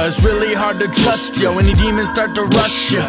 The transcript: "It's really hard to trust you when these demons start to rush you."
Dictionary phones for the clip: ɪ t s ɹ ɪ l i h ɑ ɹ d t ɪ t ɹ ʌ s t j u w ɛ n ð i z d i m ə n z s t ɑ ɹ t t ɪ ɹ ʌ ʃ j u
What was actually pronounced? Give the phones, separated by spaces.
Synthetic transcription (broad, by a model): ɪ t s ɹ ɪ l i h ɑ ɹ d t ɪ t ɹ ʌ s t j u w ɛ n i d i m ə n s t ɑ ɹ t t ɪ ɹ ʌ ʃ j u